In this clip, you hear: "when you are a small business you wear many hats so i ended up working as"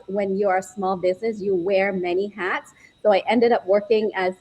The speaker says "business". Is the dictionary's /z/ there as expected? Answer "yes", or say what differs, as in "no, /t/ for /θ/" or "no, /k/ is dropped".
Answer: yes